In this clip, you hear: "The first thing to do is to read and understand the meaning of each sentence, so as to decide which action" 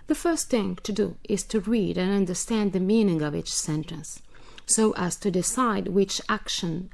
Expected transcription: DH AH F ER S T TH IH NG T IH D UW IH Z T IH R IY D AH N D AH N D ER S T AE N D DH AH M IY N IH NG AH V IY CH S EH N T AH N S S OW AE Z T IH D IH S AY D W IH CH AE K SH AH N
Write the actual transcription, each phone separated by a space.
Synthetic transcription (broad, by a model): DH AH F ER S T TH IH NG T IH D UW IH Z T IH R IY D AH N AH N D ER S T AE N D DH AH M IY N IH NG AH V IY CH S EH N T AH N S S OW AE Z T IH D IH S AY D W IH CH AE K SH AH N